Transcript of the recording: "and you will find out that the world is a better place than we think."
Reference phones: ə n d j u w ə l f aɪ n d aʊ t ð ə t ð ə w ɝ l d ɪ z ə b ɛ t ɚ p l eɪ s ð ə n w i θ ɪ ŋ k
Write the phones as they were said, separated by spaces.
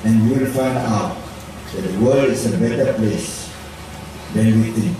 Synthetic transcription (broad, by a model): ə n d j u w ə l f aɪ n d aʊ t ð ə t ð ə w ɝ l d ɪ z ə b ɛ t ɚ p l eɪ s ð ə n w i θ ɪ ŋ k